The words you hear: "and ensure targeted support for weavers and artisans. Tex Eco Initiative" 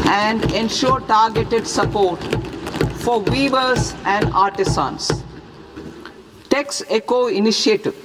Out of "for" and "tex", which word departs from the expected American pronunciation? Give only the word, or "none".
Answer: none